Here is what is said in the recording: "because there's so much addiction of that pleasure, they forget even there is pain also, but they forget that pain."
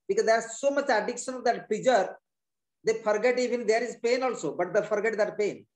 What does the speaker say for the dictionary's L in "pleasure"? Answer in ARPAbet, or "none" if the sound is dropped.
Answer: none